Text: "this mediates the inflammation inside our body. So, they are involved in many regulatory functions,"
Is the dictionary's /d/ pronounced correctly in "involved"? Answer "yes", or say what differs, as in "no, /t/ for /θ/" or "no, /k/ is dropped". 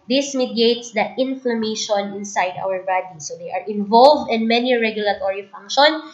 yes